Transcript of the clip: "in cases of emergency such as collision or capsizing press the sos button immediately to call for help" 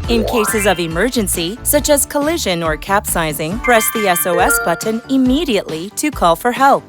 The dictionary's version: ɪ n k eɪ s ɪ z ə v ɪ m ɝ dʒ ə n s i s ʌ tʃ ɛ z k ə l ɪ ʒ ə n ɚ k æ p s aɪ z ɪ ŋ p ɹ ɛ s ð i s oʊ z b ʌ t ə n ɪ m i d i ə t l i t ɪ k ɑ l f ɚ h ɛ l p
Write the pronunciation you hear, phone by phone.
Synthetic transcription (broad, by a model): ɪ n k eɪ s ɪ z ə v ɪ m ɝ dʒ ə n s i s ʌ tʃ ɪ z k ə l ɪ ʒ ə n ɚ k æ p s aɪ z ɪ ŋ p ɹ ɛ s ð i s oʊ s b ʌ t n ɪ m i d i ə t l i t ɪ k ɑ l f ɚ h ɛ l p